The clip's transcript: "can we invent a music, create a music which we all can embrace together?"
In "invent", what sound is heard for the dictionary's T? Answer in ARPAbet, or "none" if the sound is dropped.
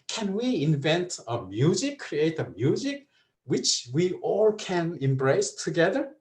T